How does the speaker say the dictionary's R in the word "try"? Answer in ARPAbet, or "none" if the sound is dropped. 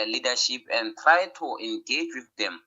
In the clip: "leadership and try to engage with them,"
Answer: R